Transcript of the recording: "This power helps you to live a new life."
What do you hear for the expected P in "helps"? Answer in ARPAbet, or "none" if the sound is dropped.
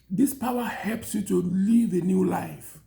P